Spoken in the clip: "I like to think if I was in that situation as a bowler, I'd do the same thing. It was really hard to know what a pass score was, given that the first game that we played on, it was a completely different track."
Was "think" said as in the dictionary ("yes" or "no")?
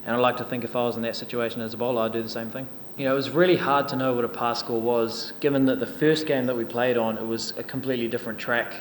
yes